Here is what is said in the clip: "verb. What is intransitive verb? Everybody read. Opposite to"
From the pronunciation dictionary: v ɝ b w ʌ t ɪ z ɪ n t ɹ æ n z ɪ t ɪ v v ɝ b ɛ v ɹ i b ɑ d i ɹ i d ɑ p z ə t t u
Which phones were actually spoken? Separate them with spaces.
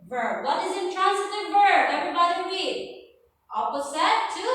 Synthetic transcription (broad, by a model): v ɝ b w ʌ t ɪ z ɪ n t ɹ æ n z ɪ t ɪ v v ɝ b ɛ v ɹ i b ɑ d i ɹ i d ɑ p s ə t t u